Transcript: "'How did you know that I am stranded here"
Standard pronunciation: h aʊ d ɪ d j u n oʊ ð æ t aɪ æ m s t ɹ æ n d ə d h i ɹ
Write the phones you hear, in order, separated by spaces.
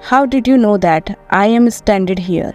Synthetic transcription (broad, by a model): h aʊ d ɪ d j u n oʊ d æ t aɪ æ m s t æ n d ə d h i ɹ